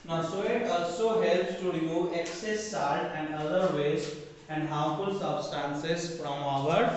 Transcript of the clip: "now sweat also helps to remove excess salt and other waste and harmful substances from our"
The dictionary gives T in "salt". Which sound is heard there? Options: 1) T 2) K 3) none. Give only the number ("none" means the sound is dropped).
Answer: 3